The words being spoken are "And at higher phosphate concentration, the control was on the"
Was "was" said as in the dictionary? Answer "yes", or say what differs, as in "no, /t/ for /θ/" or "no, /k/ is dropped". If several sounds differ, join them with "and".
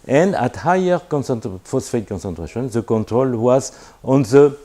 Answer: yes